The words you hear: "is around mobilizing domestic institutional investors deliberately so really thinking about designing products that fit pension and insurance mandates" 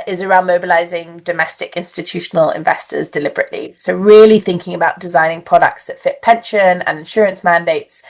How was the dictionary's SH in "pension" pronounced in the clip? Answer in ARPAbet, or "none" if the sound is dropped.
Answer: SH